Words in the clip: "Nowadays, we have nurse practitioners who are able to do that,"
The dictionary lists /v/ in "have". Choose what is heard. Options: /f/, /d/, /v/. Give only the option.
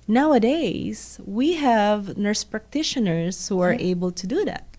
/v/